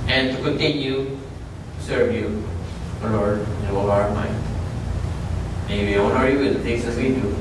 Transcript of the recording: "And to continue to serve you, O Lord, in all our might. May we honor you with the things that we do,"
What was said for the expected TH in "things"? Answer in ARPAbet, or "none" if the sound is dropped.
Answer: S